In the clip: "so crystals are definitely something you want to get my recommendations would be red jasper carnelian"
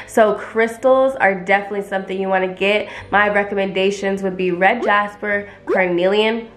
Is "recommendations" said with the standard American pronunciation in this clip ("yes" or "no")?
yes